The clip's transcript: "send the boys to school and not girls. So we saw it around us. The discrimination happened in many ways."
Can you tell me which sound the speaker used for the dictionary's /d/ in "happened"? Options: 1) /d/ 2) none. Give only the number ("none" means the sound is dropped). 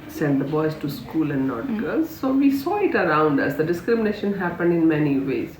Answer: 1